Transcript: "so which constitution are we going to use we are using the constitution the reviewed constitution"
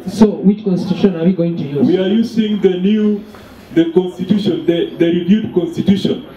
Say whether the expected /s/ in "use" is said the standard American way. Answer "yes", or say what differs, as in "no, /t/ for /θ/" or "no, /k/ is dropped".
no, /s/ is dropped